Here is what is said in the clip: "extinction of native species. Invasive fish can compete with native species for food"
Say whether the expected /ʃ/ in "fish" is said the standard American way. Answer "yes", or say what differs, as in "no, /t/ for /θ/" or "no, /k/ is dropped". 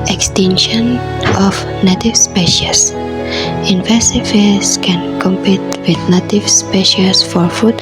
no, /s/ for /ʃ/